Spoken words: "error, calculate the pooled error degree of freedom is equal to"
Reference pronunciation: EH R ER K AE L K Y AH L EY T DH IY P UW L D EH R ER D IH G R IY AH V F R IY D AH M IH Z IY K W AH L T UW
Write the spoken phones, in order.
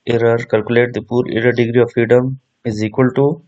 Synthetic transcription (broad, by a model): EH R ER K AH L K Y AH L EY T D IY P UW D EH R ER D IH G R IY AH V F R IY D AH M IH Z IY K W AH L T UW